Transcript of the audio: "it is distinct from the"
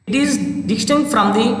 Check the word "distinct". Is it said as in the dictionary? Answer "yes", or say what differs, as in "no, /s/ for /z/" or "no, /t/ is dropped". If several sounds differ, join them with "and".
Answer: no, /k/ is dropped